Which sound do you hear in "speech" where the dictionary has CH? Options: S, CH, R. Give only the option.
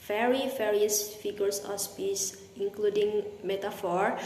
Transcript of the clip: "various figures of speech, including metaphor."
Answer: S